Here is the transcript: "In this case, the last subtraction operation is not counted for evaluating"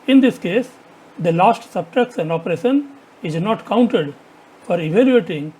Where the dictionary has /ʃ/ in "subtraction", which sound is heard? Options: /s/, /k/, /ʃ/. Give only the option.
/s/